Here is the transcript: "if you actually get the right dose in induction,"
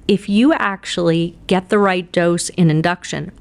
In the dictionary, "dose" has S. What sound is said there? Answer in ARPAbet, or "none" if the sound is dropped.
S